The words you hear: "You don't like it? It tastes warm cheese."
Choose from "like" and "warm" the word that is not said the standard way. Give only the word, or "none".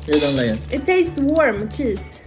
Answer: like